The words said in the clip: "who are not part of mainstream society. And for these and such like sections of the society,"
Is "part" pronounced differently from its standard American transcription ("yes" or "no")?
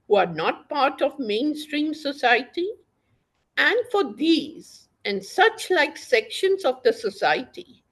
no